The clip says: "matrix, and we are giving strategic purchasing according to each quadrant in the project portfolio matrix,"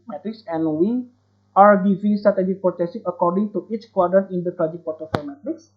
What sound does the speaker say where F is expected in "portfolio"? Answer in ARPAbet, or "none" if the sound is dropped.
none